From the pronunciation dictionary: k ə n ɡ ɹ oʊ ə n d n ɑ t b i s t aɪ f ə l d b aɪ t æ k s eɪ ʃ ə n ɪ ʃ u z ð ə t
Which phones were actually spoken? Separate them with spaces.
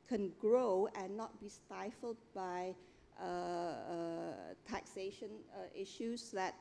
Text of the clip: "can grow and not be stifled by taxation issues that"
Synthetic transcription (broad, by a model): k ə n ɡ ɹ oʊ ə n n ɑ t b i s t aɪ f ə l d b aɪ t æ k s eɪ ʃ ə n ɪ ʃ u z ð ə t